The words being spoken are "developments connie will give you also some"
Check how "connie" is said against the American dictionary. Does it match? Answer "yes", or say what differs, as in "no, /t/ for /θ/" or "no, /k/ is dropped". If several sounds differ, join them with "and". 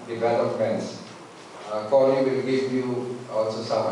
no, /l/ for /n/